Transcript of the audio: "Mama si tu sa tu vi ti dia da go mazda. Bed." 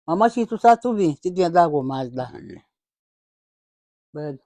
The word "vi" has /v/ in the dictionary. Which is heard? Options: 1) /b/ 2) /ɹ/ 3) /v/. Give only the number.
1